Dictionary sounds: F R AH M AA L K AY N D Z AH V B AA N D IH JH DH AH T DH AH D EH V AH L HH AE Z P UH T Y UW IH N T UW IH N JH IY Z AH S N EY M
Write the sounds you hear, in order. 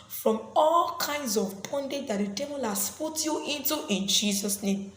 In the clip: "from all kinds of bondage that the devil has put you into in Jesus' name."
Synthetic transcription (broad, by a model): F R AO M AA L K AY N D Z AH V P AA N D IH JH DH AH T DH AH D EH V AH L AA S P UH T Y UW IH N T UW IH N JH IY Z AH S N EY M